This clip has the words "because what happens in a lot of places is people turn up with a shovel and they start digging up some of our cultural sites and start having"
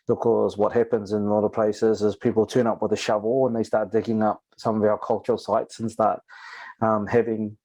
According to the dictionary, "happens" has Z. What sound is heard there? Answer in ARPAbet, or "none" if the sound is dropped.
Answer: Z